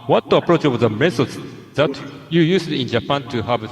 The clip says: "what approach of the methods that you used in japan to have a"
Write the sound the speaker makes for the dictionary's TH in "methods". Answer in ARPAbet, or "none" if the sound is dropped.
S